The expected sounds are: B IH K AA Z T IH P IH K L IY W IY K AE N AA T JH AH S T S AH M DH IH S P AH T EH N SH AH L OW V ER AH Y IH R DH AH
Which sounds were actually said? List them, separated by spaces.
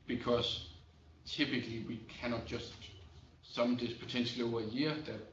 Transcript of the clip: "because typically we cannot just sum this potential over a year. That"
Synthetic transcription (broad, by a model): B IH K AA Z T IH P IH K L IY W IY K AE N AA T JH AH S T S AH M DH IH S P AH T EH N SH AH L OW UH AH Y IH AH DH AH